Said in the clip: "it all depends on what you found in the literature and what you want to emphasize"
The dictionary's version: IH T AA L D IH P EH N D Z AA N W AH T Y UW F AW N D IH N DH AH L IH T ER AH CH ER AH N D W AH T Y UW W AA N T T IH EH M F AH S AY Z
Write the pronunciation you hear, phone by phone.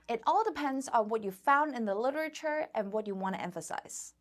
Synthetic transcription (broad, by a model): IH T AA L D IH P EH N D Z N W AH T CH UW F AW N D IH N DH AH L IH T ER AH CH ER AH N W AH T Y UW W AA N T T IH EH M F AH S AY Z